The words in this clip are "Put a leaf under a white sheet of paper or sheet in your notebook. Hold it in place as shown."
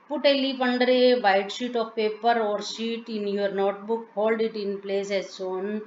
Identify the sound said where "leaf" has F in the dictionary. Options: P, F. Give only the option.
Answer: P